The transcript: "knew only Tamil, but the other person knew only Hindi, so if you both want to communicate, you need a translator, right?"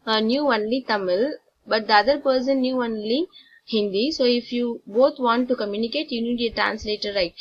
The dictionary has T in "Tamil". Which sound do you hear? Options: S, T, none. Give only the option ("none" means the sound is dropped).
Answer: T